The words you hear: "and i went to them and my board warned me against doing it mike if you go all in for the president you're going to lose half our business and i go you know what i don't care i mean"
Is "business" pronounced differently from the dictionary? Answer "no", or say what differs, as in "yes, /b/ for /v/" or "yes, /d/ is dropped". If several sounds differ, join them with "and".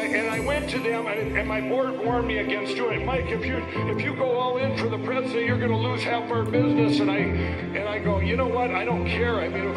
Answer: no